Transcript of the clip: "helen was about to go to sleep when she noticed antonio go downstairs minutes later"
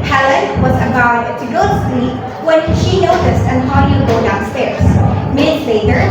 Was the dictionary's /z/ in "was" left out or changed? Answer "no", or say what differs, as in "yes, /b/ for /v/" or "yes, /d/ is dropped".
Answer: no